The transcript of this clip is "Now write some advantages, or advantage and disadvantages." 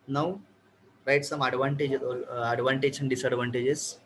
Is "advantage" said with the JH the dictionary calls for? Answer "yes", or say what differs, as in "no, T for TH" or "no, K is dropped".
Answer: no, SH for JH